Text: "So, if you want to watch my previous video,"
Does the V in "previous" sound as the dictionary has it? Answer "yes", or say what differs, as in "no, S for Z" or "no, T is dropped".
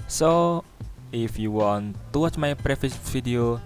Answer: no, F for V